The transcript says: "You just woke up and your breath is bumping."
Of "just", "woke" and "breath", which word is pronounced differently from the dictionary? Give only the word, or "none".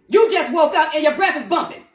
none